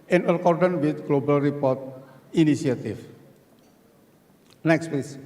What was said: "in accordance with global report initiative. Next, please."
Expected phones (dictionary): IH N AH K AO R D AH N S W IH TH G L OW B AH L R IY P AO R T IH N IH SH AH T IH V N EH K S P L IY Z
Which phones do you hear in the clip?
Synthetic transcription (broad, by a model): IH N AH K AO R D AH N W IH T G L OW B AH L R IY P AO R T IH N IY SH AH T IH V N EH K S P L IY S